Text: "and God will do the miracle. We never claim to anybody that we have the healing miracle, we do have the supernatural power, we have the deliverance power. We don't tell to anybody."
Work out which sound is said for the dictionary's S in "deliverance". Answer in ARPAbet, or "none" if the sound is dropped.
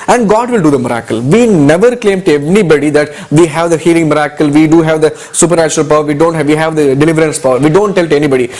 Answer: S